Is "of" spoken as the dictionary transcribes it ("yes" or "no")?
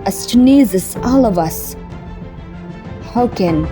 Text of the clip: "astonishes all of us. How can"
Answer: yes